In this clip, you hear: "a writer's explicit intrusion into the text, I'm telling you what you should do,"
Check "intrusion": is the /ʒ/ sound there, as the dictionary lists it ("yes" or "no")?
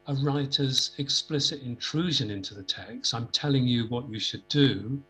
yes